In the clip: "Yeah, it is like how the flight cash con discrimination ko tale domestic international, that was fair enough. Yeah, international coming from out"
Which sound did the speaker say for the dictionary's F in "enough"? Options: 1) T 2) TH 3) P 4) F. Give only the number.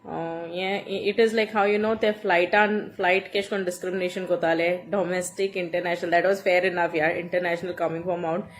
4